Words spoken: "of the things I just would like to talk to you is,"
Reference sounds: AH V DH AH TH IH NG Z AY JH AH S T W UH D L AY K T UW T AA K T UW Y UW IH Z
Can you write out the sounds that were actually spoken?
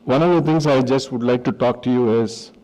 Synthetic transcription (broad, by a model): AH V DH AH T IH NG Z AY JH AH S T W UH D L AY K T UW T AA K T UW Y UW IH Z